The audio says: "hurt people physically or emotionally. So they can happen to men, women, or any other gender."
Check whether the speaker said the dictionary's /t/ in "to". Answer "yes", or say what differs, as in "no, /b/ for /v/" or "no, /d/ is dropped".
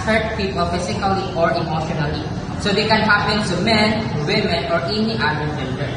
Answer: no, /s/ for /t/